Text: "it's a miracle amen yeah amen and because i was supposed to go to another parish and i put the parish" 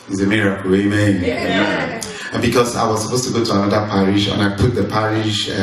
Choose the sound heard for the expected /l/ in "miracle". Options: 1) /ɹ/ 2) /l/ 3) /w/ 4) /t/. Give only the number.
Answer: 3